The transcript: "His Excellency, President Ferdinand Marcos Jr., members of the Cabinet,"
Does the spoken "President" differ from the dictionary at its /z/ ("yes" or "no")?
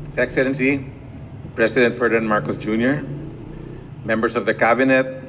yes